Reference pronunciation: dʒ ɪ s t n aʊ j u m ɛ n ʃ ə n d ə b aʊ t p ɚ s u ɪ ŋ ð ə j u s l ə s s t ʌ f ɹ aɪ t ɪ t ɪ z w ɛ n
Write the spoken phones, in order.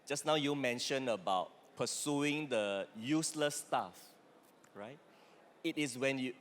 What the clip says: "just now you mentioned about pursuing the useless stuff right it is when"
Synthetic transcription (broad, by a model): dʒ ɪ s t n aʊ j u m ɛ n ʃ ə n ə b aʊ t p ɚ s u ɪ ŋ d ə j u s l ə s s t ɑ f ɹ aɪ t ɪ t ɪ s w ɛ n